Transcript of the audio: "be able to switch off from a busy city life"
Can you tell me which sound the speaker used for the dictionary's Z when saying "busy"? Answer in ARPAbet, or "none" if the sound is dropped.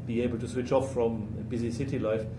Z